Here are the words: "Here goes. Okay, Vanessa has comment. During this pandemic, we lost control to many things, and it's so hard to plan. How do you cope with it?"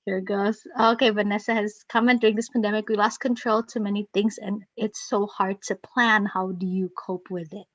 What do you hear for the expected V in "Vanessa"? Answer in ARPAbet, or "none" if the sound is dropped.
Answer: V